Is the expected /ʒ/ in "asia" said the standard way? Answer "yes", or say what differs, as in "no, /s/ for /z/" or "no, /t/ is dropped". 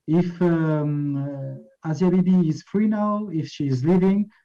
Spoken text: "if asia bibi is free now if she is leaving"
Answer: no, /z/ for /ʒ/